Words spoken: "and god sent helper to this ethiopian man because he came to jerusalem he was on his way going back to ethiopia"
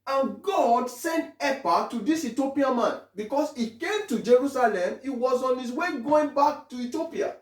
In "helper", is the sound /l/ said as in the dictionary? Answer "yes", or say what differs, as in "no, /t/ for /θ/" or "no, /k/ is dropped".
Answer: no, /l/ is dropped